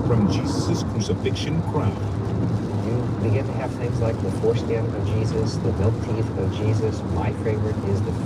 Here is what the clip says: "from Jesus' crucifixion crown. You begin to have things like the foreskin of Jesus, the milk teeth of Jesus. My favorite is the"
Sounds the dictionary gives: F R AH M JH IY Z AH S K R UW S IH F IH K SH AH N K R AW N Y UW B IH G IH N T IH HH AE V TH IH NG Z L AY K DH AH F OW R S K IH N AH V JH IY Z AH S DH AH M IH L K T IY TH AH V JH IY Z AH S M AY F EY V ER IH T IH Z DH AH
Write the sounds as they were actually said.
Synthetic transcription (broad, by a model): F R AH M JH IY Z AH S K R UW S IH F IH K SH AH N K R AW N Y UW B IH G IH N T IH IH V TH IH NG Z L AY K DH AH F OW R S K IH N AH V JH IY Z AH S DH AH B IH L T IY TH AH V JH IY Z AH S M AY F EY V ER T IH Z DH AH